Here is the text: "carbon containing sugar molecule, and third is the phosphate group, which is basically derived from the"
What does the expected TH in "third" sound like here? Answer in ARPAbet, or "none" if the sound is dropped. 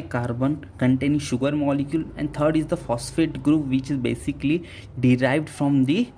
T